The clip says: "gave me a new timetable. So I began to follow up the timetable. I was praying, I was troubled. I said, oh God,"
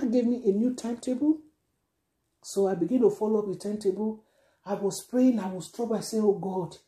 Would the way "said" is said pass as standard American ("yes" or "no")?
no